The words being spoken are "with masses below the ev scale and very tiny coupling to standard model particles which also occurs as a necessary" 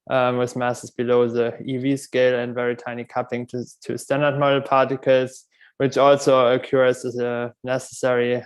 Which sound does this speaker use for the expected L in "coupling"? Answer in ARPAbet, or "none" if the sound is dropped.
none